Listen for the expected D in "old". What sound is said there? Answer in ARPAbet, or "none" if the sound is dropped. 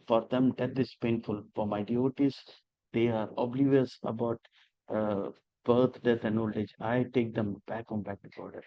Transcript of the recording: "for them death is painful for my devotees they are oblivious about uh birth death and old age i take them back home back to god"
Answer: none